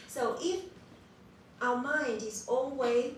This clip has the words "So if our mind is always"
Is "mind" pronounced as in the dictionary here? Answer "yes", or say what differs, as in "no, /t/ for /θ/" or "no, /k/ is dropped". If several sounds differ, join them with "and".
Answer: yes